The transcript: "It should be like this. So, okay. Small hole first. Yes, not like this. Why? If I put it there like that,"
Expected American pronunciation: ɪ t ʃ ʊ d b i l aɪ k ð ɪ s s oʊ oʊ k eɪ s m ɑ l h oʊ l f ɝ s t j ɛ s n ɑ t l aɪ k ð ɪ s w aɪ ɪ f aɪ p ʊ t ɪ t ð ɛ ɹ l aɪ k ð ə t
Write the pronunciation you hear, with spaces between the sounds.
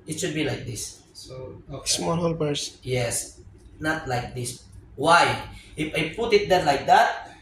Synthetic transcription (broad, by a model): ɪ t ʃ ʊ d b i l aɪ k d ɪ s s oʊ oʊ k s m ɑ l h oʊ l p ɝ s j ɛ s n ɑ t l aɪ k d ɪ s w aɪ ɪ f aɪ p ʊ t ɪ t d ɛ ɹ l aɪ k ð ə t